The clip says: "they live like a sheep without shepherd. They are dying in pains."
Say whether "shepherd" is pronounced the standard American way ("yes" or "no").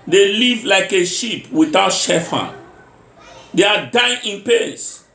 no